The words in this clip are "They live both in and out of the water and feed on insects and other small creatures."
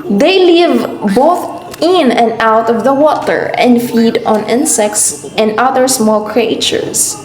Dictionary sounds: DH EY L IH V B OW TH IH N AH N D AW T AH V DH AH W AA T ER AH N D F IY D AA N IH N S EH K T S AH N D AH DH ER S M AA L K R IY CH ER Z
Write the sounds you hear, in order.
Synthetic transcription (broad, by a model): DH EY L IH V B OW TH IH N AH N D AW T AH V DH AH W AA T ER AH N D F IY D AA N IH N S EH K T S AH N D AH DH ER S M AA L K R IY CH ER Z